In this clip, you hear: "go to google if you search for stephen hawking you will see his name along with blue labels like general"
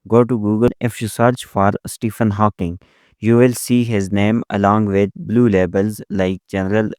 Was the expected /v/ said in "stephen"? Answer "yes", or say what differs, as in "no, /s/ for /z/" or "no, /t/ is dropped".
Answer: no, /f/ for /v/